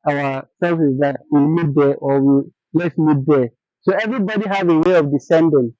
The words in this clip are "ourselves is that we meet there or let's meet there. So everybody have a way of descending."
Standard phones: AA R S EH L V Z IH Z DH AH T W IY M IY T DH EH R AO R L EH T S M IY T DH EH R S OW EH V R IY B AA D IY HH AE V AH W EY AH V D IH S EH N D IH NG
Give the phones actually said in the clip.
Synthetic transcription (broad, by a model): AA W S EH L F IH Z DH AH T W IY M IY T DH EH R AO W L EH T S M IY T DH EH S OW EH V R IY B AA D IY HH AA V AH W EY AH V D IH S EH N D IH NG